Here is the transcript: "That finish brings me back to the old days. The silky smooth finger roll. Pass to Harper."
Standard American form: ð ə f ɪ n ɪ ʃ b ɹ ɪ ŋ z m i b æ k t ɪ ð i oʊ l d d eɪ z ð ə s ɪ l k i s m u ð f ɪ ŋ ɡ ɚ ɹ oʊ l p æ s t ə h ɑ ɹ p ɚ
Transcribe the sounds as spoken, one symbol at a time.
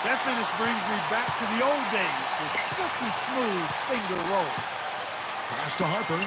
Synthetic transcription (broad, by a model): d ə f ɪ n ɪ s b ɹ ɪ ŋ z m i b æ k t ɪ ð i oʊ l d d eɪ z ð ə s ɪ k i s m u ð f ɪ ŋ ɡ ɚ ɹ oʊ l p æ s t ə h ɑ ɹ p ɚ